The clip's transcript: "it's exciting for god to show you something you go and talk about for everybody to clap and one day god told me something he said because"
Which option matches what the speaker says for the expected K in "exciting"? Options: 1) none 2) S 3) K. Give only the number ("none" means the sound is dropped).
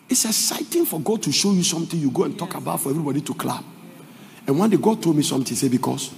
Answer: 1